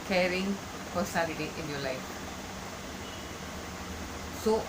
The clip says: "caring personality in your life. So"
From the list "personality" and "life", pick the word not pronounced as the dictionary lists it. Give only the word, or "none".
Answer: personality